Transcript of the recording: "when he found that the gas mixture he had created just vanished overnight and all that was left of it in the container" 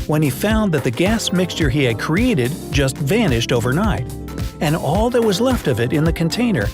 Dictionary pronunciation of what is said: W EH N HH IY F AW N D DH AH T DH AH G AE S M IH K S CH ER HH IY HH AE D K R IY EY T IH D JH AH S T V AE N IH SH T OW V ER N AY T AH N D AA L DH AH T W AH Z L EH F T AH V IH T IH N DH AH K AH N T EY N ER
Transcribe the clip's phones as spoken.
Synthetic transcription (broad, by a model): W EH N IY F AW N DH AH T DH AH G AE S M IH K S CH ER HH IY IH D K R IY EY T IH D JH AH S T V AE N IH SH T OW V ER N AY T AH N AA L DH AH T W AH Z L EH F T AH V IH T IH N DH AH K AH N T EY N ER